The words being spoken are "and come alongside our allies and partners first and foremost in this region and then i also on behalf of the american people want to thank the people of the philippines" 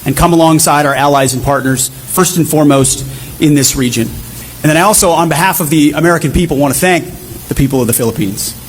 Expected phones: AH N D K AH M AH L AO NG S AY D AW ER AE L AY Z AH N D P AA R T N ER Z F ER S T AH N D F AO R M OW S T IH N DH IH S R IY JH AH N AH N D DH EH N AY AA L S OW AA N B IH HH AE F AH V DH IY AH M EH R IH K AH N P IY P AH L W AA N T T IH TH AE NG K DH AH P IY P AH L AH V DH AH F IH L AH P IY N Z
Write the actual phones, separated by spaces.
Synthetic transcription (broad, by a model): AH N K AH M AH L AO NG S AY D AW ER AE L AY Z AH N P AA R T N ER Z F ER S T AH N F AO R M OW S T IH N DH IH S R IY JH AH N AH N DH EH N AY AA L S OW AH N B IH HH AE F AH V DH IY AH M EH R IH K AH N P IY P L W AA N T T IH TH AE NG K DH AH P IY P L AH V DH AH F IH L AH P IY N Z